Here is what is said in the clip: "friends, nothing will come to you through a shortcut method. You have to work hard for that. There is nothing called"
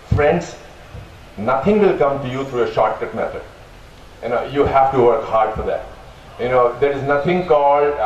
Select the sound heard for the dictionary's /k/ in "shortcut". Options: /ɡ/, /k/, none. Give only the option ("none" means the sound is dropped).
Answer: none